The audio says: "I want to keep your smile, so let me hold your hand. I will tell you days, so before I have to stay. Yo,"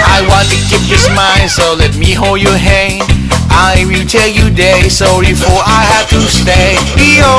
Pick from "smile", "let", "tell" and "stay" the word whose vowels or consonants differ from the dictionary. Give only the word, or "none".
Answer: smile